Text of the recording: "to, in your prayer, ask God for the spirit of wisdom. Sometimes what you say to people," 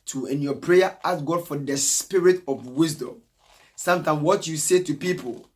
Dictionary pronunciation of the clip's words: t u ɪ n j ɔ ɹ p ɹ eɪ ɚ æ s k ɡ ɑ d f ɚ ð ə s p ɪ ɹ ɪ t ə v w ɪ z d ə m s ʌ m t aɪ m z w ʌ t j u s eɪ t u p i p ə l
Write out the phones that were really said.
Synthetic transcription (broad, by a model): t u ɪ n j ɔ p ɹ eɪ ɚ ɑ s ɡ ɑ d f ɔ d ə s p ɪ ɹ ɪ t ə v w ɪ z d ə m s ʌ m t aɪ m w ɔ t j u s eɪ t u p i p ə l